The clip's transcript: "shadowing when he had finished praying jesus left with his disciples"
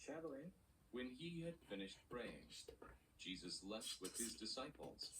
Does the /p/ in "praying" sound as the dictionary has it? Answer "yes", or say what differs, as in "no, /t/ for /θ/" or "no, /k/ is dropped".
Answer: no, /b/ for /p/